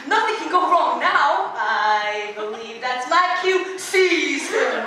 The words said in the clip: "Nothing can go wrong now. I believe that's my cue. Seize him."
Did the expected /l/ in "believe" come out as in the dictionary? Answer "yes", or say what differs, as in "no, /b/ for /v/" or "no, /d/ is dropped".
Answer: yes